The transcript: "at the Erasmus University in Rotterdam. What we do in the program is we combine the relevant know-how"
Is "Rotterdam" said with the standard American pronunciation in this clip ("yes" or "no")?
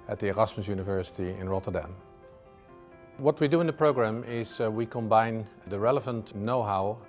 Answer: yes